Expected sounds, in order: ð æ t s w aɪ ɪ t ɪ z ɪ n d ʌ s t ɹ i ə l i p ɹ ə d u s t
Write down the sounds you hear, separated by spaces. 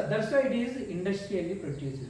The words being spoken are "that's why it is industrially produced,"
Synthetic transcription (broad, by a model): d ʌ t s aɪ ɪ t ɪ z ɪ n d ʌ s t ɹ i ə l i p ɹ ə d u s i